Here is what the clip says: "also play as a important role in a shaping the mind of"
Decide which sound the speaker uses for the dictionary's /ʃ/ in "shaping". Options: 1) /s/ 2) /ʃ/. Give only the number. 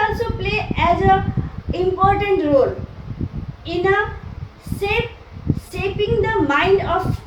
1